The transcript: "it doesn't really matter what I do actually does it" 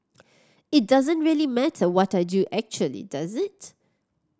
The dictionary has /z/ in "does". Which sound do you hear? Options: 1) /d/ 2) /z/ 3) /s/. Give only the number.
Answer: 2